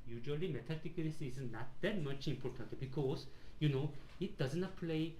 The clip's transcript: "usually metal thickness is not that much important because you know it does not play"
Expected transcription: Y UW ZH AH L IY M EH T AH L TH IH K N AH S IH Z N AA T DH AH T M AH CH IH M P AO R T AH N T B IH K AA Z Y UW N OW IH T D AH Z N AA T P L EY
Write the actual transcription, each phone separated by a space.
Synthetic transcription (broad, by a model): Y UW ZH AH L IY M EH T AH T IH K L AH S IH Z N AA T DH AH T M AH CH IH M P AO R T AH N T B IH K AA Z Y UW N OW IH T D AH Z N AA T P L EY